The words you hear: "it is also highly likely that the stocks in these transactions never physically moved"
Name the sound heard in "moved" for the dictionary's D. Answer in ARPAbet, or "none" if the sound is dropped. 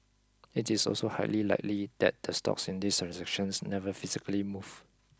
none